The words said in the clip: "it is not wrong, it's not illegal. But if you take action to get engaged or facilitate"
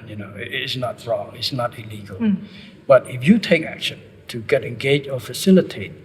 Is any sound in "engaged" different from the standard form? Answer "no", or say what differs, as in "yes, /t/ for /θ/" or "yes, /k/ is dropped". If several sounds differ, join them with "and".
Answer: yes, /d/ is dropped